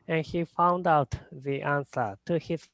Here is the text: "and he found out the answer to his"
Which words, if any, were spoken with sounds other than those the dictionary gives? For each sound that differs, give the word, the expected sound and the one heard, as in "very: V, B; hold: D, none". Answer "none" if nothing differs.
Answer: none